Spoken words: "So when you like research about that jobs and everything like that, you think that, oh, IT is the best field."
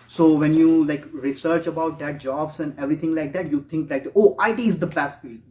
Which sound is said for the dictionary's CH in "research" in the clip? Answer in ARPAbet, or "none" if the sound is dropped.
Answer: CH